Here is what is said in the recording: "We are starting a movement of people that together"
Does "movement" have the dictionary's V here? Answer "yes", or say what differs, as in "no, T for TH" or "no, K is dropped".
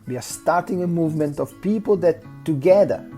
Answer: yes